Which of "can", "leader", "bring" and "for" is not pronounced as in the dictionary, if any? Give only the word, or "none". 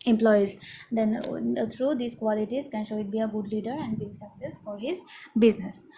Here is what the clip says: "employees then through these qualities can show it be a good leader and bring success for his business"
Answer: bring